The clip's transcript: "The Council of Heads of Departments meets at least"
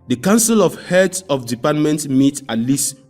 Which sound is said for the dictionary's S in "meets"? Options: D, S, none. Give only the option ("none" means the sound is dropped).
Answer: none